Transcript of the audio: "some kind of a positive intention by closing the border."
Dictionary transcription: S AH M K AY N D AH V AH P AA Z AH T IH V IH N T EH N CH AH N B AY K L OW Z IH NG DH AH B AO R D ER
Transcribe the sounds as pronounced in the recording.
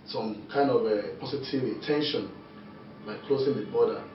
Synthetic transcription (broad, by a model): S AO M K AY N D AH V AH P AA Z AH T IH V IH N T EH N SH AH N B AY K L OW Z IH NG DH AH B AO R D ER